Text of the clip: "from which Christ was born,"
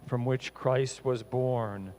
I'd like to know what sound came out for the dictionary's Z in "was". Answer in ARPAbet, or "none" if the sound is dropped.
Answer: Z